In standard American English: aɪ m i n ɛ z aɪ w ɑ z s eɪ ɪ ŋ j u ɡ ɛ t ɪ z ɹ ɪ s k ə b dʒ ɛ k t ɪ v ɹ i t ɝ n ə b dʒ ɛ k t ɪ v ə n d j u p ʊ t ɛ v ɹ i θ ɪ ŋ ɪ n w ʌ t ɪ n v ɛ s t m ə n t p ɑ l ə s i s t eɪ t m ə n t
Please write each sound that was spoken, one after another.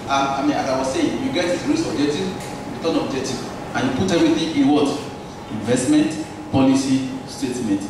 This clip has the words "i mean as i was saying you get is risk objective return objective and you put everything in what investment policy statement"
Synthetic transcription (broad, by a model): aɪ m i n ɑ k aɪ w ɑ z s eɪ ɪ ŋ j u ɡ ɛ t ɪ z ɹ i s ə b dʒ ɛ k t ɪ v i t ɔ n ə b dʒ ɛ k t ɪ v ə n j u p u t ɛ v ɹ i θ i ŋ ɪ n w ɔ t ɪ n v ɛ s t m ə n t p ɑ l ə s i s t eɪ t m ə n t